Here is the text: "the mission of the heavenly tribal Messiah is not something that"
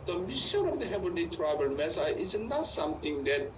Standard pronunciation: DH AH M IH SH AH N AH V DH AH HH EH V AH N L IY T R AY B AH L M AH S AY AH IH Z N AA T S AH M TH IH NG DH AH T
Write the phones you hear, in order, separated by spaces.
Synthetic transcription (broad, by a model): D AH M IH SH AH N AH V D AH HH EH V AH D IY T R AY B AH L M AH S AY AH IH Z N AA T S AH M T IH NG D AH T